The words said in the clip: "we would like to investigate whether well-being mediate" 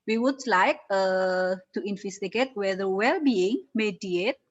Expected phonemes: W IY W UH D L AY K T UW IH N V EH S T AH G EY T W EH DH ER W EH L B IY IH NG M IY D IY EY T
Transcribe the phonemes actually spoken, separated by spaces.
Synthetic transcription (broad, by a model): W IY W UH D L AY K T UW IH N F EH S T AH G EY T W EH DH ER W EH L B IY IH NG M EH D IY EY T